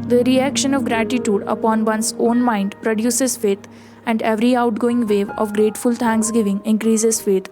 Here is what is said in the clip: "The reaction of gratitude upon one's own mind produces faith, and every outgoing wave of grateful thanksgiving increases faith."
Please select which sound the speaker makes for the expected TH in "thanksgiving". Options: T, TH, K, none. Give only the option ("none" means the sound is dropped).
T